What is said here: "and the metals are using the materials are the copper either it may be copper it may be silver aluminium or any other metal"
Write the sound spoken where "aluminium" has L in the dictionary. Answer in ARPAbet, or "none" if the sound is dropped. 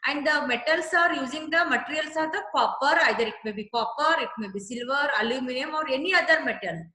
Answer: L